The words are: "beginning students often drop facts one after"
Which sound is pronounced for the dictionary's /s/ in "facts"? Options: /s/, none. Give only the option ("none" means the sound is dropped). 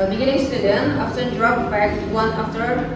none